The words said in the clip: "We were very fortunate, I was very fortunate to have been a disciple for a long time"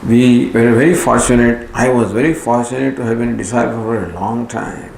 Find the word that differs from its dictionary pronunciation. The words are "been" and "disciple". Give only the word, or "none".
disciple